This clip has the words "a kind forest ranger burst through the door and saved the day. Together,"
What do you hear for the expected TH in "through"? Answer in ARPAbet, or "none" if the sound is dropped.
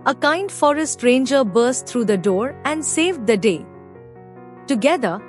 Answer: T